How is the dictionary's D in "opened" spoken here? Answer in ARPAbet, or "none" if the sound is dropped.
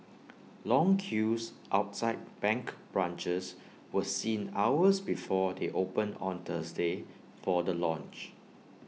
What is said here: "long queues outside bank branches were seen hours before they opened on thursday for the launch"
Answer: none